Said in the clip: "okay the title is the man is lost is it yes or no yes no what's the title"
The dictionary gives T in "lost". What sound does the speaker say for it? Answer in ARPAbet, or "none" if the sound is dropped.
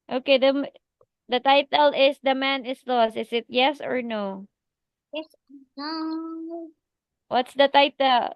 none